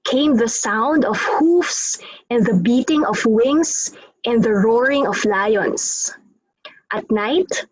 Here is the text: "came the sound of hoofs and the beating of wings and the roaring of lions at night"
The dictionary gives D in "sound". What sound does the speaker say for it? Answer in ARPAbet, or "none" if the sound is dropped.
D